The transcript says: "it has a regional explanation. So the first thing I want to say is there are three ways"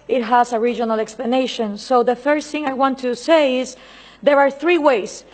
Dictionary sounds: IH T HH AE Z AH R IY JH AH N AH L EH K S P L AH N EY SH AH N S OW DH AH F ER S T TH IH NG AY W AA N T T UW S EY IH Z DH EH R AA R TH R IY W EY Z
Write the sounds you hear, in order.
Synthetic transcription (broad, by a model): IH T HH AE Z AH R IY JH AH N AH L EH K S P L AH N EY SH AH N S OW DH AH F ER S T TH IH NG AY W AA N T T UW S EY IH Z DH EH R AA R TH R IY W EY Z